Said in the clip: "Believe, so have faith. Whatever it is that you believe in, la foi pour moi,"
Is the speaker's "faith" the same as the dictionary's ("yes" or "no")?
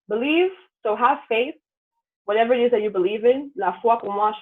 yes